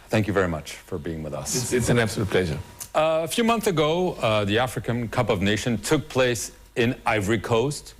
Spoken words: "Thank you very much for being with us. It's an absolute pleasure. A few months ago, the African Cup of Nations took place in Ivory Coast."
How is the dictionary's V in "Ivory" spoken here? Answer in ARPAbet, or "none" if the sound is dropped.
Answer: V